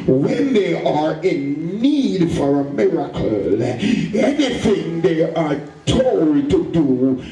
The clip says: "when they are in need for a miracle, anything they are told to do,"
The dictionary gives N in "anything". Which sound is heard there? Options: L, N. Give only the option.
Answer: N